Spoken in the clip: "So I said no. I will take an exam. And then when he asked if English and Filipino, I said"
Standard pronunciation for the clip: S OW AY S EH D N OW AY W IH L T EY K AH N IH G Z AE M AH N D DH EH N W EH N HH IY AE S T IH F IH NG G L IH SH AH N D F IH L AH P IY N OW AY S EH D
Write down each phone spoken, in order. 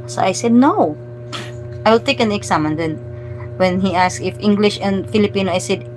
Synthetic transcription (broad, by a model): S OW AY S EH D N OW AY W IH L T EY K AH N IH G S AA M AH N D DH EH N W EH N HH IY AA S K IH F IH NG G L IH SH AH N D F IH L AH P IY N OW AY S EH D